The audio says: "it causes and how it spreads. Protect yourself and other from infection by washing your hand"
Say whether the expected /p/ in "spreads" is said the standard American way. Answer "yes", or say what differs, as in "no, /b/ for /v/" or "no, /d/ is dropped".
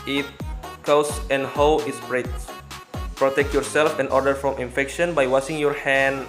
no, /b/ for /p/